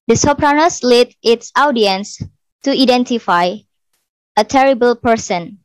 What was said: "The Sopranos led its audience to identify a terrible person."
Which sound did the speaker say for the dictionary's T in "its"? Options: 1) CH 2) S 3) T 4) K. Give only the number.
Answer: 3